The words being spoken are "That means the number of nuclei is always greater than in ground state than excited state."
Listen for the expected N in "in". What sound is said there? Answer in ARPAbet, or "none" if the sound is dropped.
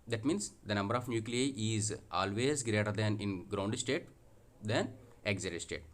N